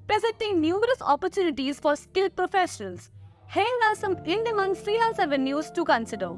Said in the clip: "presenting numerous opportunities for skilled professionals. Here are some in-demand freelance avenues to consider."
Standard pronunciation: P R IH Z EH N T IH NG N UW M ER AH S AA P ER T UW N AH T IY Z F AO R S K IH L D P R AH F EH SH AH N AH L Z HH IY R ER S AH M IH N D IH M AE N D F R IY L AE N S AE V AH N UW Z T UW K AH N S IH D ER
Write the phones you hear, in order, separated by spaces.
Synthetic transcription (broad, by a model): P R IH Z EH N T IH NG N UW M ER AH S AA P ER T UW N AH T IY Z F AO R S K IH L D P R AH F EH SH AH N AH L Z HH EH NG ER S AH M IH N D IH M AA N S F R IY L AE L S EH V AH N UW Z T UW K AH N S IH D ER